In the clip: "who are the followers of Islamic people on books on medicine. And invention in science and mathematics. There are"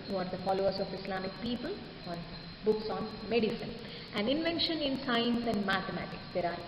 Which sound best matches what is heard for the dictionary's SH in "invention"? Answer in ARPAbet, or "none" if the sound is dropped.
SH